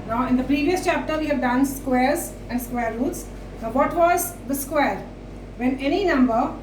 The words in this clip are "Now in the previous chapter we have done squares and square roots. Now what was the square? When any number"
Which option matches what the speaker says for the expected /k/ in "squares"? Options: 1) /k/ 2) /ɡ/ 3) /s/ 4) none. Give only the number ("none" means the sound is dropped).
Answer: 1